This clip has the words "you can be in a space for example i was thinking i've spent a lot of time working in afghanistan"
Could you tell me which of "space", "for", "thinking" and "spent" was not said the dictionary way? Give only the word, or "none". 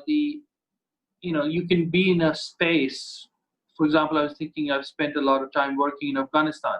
thinking